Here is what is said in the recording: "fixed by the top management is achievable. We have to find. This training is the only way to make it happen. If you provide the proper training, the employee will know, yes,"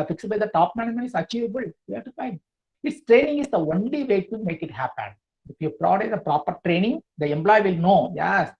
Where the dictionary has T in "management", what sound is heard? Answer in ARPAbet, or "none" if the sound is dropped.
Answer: none